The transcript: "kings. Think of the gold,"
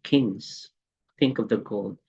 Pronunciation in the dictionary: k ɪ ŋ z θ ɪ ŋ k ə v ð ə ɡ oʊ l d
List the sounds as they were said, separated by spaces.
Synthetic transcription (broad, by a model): k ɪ ŋ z θ ɪ ŋ k ə v ð ə ɡ oʊ l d